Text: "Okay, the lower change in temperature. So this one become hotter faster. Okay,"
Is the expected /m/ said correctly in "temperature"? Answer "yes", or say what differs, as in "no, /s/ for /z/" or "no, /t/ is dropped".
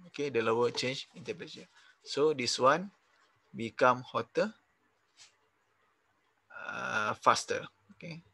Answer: no, /m/ is dropped